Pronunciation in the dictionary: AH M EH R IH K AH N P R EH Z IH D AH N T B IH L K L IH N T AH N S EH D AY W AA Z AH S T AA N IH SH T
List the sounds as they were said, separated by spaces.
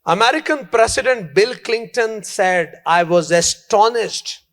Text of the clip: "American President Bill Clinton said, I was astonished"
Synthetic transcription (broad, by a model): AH M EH R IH K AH N P R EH S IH D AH N T B IH L K L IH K T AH N S EH D AY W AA Z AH S T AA N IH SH T